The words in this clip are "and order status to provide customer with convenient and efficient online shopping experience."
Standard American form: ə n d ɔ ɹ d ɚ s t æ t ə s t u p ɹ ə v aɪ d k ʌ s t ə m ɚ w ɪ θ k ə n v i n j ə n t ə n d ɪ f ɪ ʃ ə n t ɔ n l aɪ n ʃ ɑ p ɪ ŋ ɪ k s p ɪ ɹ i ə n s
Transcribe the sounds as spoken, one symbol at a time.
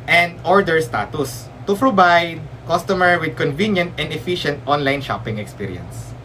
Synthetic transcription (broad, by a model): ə n d ɔ ɹ d ɚ s t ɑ t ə s t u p ɹ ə b aɪ d k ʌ s t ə m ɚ w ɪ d k ə n v i n j ə n t ə n d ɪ f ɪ ʃ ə n t ɔ n l aɪ n ʃ ɑ p ɪ ŋ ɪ k s p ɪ ɹ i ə n s